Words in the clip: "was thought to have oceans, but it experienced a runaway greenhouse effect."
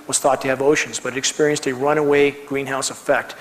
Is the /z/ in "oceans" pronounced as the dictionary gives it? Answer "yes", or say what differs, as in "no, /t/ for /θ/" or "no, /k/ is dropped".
yes